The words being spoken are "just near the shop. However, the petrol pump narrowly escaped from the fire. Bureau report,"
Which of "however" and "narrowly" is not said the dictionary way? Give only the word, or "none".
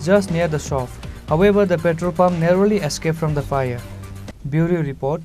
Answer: however